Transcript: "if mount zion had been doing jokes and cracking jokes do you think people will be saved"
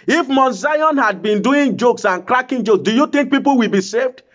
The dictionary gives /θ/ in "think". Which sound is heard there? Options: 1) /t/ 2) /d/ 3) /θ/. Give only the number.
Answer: 1